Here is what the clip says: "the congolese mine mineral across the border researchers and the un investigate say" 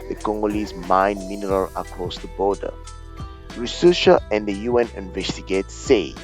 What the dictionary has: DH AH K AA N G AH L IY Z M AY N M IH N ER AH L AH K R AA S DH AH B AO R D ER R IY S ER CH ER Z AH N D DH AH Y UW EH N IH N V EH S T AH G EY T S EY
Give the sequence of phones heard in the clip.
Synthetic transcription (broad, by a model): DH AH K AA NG G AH L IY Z M AY N M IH N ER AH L AH K R AA S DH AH B AO D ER R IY S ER SH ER AH N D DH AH Y UW EH N IH N V EH S T AH G EY T S EY